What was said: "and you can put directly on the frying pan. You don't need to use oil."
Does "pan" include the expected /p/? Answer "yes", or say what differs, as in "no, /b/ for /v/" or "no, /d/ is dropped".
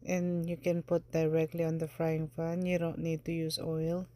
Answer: no, /f/ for /p/